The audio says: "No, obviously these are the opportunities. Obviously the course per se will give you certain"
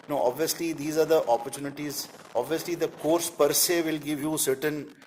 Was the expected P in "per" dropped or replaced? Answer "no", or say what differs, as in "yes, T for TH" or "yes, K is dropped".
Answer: no